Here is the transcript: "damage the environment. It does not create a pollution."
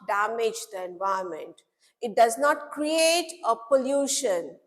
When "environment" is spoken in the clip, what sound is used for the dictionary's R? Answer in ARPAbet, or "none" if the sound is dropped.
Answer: none